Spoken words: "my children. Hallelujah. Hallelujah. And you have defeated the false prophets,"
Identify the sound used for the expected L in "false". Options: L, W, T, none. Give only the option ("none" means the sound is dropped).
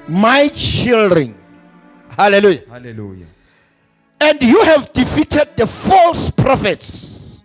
L